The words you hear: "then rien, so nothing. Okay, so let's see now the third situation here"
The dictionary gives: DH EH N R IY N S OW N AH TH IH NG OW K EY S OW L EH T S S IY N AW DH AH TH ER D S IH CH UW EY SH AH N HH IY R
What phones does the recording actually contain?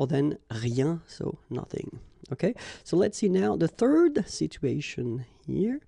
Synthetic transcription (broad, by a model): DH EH N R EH S OW N AH TH IH NG OW K EY S OW L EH T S S IY N AW DH AH TH ER D S IH CH UW EY SH AH N HH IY R